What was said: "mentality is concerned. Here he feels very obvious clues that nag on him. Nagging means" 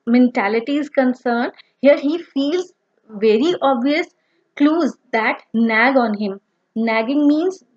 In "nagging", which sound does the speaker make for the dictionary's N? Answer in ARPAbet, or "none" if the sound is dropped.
N